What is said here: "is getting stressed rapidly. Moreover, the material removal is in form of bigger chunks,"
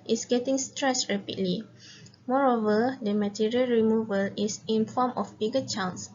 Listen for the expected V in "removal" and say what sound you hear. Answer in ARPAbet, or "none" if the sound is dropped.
V